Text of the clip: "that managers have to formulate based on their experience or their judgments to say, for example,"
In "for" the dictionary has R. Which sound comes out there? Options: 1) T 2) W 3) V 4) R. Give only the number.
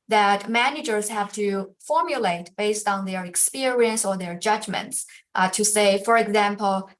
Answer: 4